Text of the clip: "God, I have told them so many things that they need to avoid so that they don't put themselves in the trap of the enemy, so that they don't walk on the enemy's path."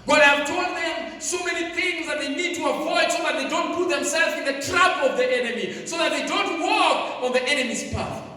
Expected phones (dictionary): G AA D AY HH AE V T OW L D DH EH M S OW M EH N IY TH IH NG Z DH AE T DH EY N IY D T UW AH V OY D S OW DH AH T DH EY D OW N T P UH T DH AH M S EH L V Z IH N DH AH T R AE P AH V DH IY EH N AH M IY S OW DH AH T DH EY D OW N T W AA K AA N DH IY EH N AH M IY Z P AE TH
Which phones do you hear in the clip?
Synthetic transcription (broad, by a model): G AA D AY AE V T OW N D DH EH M S OW M EH N IY TH IH NG Z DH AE T DH EY N IY D T UW AH V OY D S OW DH AH T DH EY D OW N T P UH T DH AH M S EH L V Z IH N DH AH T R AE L AH V DH IY EH N AH M IY S OW DH AH T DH EY D OW N T W AA K AA N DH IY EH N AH M IY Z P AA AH